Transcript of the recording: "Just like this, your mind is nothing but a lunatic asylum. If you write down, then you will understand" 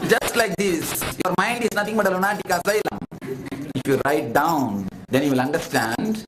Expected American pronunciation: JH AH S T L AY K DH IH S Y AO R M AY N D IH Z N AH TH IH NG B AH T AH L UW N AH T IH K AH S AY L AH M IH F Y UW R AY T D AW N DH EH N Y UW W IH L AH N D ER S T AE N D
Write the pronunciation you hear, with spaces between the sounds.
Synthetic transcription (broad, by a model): JH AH S T L AY K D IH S Y AO R M AY N D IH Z N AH T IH NG B AH T AH L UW N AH T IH K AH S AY L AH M IH F Y UW R AY T D AW N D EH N Y UW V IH L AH N D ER S T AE N D